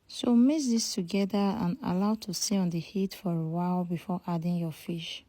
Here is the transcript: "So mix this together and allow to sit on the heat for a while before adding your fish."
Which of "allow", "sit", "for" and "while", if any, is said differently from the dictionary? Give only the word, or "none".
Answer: sit